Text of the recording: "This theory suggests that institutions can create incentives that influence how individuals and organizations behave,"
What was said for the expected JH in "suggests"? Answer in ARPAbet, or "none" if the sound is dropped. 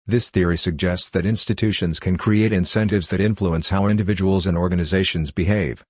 JH